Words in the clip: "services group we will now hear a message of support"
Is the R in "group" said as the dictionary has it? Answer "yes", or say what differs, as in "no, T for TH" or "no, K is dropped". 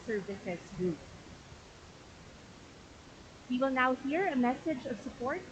no, R is dropped